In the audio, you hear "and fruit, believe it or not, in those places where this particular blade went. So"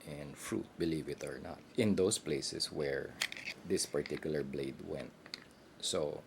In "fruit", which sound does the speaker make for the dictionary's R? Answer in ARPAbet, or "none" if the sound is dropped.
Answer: R